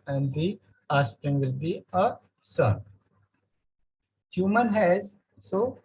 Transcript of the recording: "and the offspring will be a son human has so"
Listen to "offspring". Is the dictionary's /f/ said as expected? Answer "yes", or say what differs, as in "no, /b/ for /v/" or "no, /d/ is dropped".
no, /f/ is dropped